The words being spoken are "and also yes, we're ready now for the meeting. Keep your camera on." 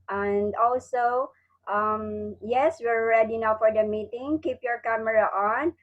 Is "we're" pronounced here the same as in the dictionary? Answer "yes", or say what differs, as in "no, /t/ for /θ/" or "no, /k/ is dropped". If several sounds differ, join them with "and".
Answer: yes